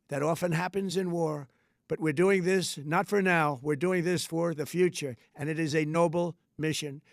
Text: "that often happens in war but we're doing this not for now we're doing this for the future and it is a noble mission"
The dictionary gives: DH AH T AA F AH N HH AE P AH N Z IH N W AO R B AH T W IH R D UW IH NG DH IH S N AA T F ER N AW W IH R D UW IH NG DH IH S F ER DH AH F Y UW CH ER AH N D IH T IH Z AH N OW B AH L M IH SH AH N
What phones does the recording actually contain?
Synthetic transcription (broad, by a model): DH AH T AA F AH N HH AE P AH N Z IH N W AO R B AH T W IH R D UW IH NG DH IH S N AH T F ER N AW W IH R D UW IH NG DH IH S F ER DH AH F Y UW CH ER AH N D IH T IH Z AH N OW B L M IH SH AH N